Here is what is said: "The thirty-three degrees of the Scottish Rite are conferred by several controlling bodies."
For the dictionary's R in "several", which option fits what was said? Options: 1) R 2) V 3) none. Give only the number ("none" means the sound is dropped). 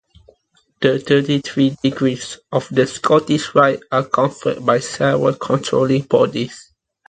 3